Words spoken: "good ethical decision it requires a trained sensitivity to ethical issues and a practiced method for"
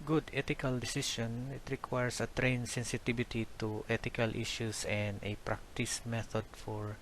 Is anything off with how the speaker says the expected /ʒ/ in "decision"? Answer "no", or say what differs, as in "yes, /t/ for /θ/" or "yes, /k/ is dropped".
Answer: yes, /ʃ/ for /ʒ/